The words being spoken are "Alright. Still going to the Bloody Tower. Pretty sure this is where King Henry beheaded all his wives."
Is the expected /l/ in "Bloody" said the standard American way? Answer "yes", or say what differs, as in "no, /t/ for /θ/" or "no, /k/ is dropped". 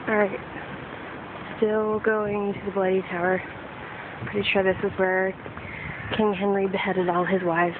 yes